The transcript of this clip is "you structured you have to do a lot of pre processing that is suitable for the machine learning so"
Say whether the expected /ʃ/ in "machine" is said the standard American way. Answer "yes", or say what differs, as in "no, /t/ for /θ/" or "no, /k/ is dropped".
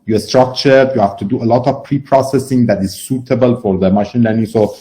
yes